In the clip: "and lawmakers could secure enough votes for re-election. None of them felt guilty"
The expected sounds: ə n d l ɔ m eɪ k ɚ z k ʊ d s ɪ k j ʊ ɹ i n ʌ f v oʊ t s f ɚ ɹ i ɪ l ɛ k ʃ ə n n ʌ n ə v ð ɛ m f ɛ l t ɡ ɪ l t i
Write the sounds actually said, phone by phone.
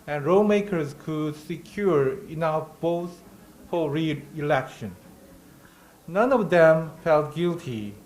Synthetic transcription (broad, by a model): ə n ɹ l m eɪ k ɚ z k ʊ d s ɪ k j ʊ ɹ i n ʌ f b oʊ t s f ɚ ɹ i ɪ l ɛ k ʃ ə n n ʌ n ə v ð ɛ m f ɛ l t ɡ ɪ l t i